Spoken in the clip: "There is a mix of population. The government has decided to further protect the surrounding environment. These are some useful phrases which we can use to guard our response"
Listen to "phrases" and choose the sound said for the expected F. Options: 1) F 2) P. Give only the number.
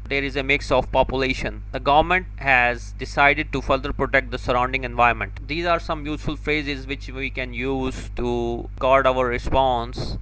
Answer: 1